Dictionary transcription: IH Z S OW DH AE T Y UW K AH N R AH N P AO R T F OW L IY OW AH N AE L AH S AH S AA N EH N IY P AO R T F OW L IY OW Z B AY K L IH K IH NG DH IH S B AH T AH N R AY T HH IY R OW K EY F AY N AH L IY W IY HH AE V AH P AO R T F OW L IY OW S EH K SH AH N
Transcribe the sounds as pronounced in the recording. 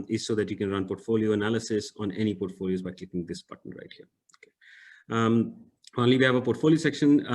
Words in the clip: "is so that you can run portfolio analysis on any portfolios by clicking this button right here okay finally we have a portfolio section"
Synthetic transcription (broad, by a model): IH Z S OW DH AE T Y UW K AH N R AH N P AO R T F OW L IY OW AH N AE L AH S AH S AA N EH N IY P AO R T F OW L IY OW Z B AY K IH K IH NG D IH S B AH T AH N R AY T HH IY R OW K EY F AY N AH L IY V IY HH AE V AH P AO R T F OW L IY OW S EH K SH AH N